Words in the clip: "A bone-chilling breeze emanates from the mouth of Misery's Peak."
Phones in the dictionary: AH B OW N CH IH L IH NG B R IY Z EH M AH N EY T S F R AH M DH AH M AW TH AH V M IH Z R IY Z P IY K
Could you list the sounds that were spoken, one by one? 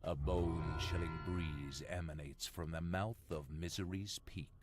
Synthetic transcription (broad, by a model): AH B OW N CH IH L IH NG B R IY Z EH M AH N EY T S F R AH M DH AH M AW TH AH V M IH Z R IY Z P IY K